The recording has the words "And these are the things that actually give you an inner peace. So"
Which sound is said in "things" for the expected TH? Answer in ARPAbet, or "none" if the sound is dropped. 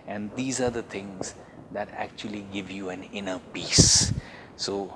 T